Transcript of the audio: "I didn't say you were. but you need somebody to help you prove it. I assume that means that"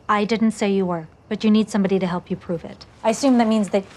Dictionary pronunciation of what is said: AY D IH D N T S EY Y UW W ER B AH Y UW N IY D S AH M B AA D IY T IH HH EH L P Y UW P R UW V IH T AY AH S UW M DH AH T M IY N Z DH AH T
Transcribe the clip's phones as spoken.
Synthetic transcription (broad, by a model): AY D IH D N T S EY Y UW W ER B AH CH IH N IY D S AH M B AA D IY T IH HH EH L P Y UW P R UW V IH T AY AH S UW M DH AH T M IY N Z DH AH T